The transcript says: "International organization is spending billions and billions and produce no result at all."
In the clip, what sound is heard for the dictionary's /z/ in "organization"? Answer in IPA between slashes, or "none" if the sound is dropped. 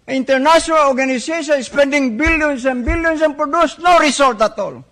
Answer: /s/